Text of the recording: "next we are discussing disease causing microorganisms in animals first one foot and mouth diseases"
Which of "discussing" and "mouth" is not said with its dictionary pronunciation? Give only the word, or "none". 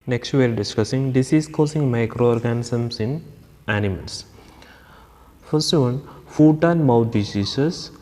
mouth